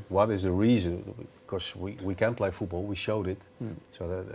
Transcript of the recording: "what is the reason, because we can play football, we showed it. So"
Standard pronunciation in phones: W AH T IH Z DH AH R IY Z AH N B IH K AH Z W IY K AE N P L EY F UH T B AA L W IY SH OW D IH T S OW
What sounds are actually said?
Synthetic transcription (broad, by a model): W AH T IH Z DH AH R IY Z AH N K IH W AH W IY K AE N P L EY F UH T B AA L W IY SH OW D IH T S OW